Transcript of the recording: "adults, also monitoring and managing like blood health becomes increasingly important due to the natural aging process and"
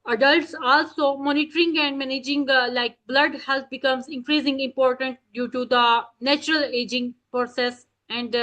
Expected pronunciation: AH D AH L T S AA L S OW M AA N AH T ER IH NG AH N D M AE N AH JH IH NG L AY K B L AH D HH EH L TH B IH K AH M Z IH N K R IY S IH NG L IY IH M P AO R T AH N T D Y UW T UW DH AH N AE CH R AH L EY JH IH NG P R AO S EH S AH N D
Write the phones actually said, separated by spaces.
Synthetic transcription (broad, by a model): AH D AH L T S AA L S OW M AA N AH T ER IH NG AH N D M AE N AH JH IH NG L AY K B L AH D HH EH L T B IH K AH M Z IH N K R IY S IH NG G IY IH M P AO R T AH N T D Y UW T UW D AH N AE CH R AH L EY JH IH NG P R AO S EH S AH N D